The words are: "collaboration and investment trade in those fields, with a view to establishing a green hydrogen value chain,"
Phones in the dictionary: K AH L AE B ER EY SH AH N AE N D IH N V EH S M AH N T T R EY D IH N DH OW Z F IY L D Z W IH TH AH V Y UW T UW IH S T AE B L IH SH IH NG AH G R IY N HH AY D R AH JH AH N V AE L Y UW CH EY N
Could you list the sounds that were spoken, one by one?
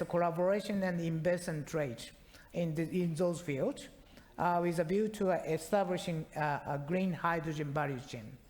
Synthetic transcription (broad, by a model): K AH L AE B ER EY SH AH N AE N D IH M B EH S AH N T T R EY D IH N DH OW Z F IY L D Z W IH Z AH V Y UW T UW IH S T AE B L IH SH IH NG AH G R IY N HH AY D R AH JH AH N B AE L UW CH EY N